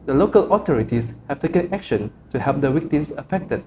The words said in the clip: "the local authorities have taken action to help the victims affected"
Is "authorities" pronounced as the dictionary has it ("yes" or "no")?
no